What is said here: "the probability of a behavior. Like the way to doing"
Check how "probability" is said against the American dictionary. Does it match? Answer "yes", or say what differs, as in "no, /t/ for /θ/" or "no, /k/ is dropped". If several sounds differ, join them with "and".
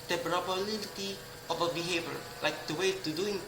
no, /b/ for /p/ and /n/ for /l/